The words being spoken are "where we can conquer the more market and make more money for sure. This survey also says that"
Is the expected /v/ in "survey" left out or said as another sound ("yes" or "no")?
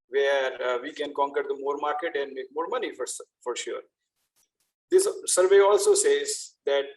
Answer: no